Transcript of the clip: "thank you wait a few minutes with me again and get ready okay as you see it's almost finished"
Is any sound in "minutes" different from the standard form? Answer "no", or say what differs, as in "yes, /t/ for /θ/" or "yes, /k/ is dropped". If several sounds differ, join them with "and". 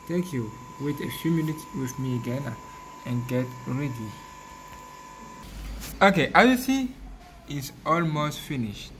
yes, /s/ is dropped